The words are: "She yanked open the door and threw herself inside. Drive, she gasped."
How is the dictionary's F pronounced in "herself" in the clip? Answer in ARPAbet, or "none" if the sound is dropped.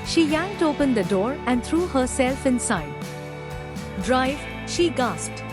F